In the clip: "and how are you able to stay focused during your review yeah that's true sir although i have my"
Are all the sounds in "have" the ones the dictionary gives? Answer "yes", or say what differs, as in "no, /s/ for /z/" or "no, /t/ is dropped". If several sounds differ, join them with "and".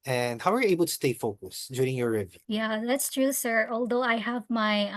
yes